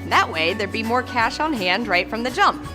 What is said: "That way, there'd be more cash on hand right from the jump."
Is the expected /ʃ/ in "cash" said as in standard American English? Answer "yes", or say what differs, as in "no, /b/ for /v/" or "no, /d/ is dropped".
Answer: yes